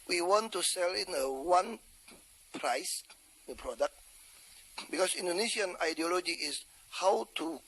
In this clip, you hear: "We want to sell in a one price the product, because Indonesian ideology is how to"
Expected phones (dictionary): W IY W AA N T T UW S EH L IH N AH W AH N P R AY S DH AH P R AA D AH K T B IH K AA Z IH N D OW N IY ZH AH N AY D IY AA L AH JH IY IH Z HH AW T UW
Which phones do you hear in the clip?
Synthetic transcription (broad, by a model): W IY W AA N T T UW S EH L IH N AH W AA N P R AY S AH P R AA D AH K T B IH K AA S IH N D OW N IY SH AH N AY D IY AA L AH JH IY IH S HH AW T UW